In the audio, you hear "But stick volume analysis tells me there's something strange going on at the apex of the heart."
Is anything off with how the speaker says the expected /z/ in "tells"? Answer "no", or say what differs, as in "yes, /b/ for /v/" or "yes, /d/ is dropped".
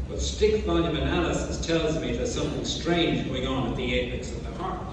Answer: no